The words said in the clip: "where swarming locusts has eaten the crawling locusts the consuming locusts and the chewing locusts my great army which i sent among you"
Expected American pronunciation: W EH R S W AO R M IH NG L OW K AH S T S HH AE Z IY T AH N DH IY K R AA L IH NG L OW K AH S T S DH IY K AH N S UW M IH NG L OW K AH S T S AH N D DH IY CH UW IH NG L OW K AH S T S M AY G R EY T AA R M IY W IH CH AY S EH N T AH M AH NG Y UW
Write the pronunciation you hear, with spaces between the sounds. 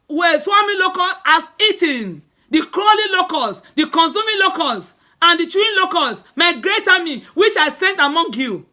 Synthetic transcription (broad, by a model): W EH S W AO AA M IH L OW K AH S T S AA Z IY T AH N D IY K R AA L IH L OW K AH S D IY K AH N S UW M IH L OW K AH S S AH N D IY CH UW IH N L OW K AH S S M AY G R EY T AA M IY W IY CH AY S EH N T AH M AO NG Y UW